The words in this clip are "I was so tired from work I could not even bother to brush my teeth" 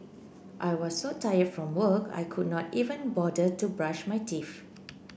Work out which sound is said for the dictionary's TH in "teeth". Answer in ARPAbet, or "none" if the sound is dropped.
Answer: F